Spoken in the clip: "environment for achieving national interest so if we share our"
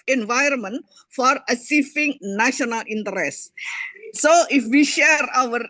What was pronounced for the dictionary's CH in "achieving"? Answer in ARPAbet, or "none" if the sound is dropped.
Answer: S